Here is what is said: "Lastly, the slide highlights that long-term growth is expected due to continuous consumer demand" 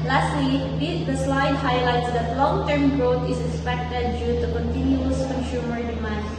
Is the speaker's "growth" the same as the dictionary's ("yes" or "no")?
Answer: no